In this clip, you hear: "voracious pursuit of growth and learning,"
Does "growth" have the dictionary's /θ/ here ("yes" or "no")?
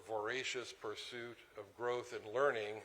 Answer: yes